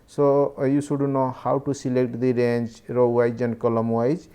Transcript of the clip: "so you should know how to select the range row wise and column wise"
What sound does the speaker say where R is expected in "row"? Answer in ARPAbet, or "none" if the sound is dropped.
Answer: R